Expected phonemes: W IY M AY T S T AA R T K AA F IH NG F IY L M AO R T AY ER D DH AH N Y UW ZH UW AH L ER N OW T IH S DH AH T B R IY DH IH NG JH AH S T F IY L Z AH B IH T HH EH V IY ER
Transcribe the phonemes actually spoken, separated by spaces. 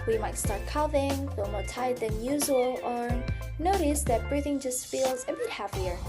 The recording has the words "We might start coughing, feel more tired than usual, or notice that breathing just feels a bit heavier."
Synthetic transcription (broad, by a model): W IY M AY T S T AA R T K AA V IH NG F IY L M AO R T AY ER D DH AH N Y UW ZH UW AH L ER N OW T IH S DH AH T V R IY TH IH NG JH AH S T F IY L Z AH B IH T HH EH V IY ER